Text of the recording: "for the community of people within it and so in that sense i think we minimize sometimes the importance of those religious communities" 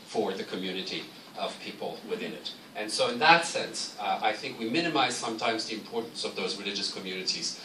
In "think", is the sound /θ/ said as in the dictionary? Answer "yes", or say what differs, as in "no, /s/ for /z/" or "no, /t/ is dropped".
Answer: yes